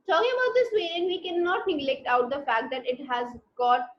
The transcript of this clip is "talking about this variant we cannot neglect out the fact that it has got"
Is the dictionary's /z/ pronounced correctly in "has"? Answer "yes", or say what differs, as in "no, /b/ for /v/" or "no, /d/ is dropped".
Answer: yes